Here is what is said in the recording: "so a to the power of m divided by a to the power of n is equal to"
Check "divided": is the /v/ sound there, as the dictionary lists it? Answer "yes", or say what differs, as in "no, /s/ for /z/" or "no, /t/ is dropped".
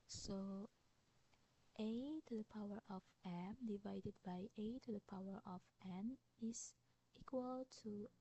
yes